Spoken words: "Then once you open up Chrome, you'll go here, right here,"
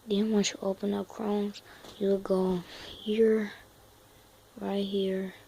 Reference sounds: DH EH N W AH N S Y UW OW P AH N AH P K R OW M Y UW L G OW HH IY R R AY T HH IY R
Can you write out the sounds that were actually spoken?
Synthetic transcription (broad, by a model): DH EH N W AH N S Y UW OW P AH N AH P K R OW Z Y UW W G OW HH IY R R AY T HH IY R